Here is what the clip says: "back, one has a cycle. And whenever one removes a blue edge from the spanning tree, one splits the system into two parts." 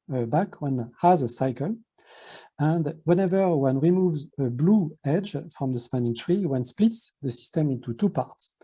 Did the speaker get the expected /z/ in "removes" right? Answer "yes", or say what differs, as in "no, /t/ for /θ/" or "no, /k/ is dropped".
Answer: yes